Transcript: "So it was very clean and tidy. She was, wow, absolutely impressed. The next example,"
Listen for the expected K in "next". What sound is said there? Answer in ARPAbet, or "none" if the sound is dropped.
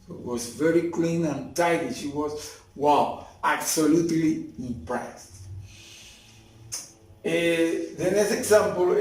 none